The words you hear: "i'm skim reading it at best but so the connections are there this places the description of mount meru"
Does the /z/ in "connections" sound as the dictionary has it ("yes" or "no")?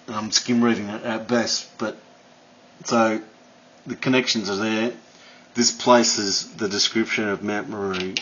yes